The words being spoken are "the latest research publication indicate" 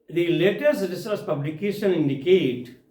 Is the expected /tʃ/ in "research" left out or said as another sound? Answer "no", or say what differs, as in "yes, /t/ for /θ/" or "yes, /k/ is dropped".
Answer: yes, /s/ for /tʃ/